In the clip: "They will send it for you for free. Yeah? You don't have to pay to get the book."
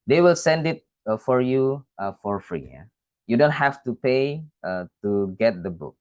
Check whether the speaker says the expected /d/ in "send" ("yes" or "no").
yes